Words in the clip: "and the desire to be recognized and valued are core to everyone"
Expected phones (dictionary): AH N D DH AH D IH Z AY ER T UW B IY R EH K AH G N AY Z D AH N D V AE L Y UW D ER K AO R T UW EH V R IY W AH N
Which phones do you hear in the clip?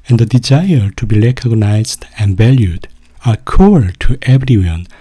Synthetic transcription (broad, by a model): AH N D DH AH D IH Z AY ER T UW B IY L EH K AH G N AY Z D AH N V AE L Y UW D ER K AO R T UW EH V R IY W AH N